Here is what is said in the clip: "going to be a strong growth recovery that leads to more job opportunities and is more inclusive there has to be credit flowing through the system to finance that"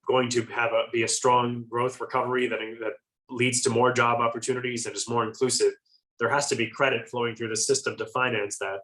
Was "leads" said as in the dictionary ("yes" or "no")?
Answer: yes